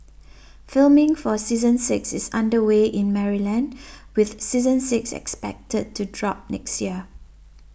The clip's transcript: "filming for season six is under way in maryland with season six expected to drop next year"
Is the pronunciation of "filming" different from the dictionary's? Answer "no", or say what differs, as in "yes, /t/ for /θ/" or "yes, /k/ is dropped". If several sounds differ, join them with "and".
no